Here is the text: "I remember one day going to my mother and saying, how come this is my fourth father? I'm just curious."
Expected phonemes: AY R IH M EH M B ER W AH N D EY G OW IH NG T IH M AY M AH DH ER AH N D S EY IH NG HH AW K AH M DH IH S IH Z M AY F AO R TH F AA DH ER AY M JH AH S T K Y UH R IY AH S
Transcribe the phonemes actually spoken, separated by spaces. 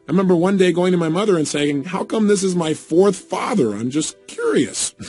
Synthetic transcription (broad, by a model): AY R IH M EH M B ER W AH N D EY G OW IH NG T IH M AY M AH DH ER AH N S EY IH NG HH AW K AH M DH IH S IH Z M AY F AO R TH F AA DH ER AY M JH AH S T K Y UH R IY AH S